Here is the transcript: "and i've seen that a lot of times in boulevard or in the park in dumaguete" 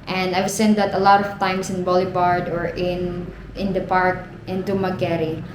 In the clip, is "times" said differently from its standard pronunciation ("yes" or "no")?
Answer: yes